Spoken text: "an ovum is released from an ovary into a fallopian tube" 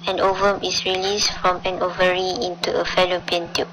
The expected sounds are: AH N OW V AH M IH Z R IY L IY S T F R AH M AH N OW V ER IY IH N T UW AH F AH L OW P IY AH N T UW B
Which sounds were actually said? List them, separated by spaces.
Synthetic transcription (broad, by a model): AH N OW V AH M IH S R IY L IY S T F R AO M AH N OW V ER IY IH N T UW AH F AH L OW P IY AH N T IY